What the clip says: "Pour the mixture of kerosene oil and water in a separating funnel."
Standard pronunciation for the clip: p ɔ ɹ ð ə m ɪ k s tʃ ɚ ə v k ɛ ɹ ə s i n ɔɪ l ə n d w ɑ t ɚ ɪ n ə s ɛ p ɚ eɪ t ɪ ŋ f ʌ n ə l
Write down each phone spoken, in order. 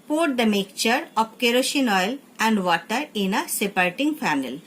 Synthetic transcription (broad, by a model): p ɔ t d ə m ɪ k tʃ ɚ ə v k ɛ ɹ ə ʃ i n ɔɪ l ə n d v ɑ t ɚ ɪ n ə s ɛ p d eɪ t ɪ ŋ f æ n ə l